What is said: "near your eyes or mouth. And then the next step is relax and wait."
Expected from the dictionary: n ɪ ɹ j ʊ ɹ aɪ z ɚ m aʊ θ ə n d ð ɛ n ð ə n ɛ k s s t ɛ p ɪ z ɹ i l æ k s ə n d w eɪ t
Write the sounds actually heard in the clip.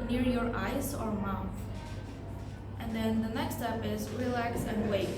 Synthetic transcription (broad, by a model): n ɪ ɹ j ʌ ɹ aɪ z ɚ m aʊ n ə n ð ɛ n ð ə n ɛ k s s t ɛ p ɪ z ɹ i l æ k s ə n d w eɪ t